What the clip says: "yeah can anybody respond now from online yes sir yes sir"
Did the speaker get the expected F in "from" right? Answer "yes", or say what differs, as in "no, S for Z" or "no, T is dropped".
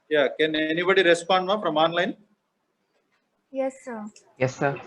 no, P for F